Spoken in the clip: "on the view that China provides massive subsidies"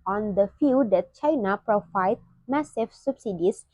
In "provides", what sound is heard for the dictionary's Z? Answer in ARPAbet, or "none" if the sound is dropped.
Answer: none